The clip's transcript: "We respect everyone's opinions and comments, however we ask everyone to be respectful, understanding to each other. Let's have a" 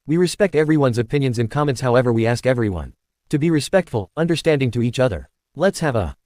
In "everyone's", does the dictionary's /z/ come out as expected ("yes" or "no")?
yes